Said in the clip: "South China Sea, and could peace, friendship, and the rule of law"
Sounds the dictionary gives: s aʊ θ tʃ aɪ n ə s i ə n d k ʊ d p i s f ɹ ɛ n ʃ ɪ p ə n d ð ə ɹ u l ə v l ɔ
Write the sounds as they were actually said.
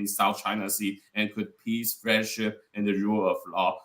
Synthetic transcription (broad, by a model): s aʊ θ tʃ aɪ n ə s i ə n k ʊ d p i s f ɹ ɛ ʃ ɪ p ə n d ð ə ɹ u l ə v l ɔ